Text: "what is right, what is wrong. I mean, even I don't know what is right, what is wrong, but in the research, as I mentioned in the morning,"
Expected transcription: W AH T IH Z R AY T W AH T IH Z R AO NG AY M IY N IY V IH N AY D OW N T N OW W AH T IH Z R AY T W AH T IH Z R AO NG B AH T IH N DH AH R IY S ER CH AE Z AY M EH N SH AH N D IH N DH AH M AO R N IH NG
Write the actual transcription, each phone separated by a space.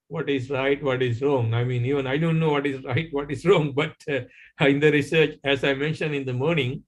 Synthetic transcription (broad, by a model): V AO T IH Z R AY T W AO T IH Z R AO NG AY M IY N IY V IH N AY D OW N T N OW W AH T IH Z R AY T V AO T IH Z R AO NG B AH T IH N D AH R IY S ER CH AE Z AY M EH N SH AH N D IH N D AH M AO R N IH NG